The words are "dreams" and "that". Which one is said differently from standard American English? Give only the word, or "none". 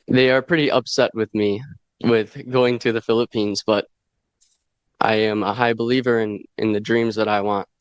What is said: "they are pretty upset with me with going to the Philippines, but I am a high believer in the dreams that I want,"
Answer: none